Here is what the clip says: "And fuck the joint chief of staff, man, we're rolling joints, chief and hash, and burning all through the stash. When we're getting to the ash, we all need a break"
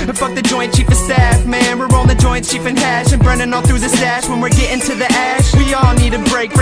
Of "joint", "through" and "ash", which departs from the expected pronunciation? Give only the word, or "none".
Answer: none